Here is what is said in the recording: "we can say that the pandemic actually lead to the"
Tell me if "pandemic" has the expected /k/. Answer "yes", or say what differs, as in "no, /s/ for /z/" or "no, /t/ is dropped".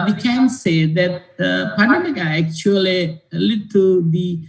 no, /k/ is dropped